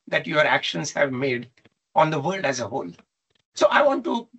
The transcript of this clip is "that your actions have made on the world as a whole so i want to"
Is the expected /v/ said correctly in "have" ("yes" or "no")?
yes